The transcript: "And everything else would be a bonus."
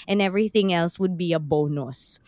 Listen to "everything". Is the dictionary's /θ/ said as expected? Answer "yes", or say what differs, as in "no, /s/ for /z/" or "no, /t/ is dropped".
yes